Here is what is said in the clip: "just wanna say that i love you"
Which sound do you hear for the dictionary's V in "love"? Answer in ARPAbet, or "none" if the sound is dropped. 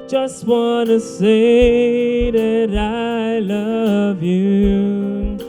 V